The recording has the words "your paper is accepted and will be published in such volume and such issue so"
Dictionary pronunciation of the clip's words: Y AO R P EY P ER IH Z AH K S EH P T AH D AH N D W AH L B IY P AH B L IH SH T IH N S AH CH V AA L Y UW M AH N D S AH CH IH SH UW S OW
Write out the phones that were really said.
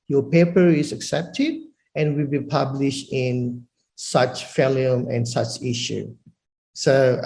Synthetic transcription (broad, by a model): Y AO P EY P ER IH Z AH K S EH P T AH D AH N W AH L B IY P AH B L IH SH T IH N S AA CH F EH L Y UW M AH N S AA CH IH SH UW S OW